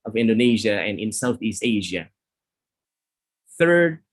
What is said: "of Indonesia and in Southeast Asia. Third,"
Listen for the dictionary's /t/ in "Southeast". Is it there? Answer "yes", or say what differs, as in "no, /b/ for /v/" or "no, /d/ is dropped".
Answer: yes